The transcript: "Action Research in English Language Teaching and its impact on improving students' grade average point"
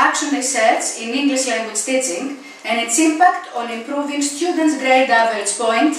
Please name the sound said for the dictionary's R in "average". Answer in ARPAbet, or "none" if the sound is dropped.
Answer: none